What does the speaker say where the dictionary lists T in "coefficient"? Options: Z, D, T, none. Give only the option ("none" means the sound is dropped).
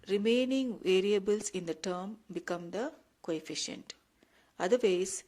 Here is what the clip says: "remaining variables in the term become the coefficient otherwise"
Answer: T